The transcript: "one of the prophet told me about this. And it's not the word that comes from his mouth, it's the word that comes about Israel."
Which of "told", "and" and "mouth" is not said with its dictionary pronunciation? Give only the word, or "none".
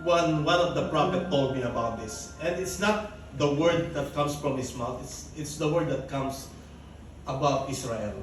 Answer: mouth